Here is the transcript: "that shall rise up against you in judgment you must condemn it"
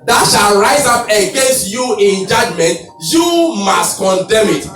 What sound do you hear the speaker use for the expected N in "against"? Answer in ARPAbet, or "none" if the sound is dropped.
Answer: N